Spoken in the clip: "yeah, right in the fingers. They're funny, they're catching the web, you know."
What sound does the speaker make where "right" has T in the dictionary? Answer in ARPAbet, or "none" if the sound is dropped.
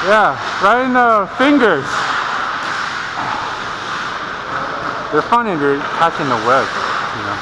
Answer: none